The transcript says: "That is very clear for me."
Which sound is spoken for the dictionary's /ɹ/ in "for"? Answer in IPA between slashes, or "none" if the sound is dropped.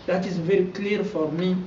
/ɹ/